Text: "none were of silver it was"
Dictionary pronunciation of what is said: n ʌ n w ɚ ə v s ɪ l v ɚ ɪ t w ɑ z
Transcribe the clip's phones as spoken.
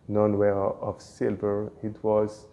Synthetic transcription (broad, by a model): n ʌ n w ɚ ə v s ɪ l v ɚ ɪ t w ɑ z